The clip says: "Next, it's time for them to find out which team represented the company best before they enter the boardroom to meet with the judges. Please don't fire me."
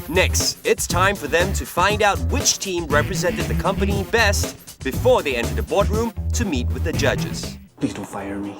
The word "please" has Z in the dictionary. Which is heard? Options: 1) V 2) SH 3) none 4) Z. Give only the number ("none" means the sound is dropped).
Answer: 3